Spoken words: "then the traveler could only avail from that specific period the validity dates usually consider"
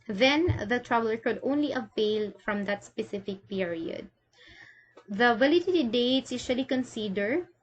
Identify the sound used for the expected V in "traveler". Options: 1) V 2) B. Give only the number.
2